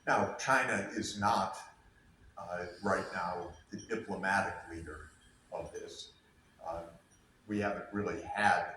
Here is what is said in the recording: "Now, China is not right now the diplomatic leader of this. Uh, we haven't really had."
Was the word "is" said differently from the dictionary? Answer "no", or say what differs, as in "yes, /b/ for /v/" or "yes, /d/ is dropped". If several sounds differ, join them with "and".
no